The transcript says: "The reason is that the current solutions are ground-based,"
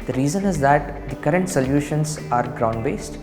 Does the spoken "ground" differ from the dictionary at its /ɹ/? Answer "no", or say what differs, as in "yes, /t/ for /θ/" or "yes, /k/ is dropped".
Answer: no